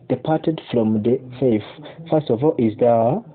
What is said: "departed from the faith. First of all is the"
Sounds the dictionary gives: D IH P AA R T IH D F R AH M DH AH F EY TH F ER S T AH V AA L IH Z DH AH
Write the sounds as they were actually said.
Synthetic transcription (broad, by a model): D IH P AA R T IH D F R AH M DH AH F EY F F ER S T AH V AA L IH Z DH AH